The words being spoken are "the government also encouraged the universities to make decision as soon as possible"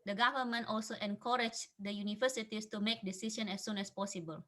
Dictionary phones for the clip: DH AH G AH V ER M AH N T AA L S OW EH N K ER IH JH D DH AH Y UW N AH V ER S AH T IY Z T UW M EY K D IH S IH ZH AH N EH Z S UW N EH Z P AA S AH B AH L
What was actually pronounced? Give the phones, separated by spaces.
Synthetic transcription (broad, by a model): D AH G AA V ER M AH N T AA L S OW EH N K ER IH JH D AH Y UW N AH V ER S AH T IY S T UW M EY K D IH S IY SH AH N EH S UW N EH S P AA S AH B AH L